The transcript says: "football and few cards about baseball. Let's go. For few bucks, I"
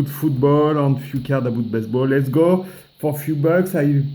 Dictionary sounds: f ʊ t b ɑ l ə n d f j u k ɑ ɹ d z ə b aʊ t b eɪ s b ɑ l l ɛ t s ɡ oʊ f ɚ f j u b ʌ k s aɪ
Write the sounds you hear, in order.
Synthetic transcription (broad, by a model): f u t b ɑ l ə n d f j u k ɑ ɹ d ə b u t b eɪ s b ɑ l l ɛ t s ɡ oʊ f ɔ f j u b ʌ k s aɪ